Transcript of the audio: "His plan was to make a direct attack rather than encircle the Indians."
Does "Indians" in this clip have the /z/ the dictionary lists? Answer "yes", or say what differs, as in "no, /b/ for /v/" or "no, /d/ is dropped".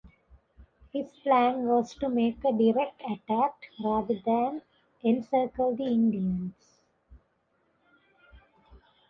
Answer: no, /s/ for /z/